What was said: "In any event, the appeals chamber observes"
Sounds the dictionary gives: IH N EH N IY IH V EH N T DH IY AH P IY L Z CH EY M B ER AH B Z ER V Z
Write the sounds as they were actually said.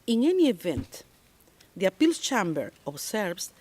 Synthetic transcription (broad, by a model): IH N EH N IY IH V EH N T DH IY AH P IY L S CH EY M B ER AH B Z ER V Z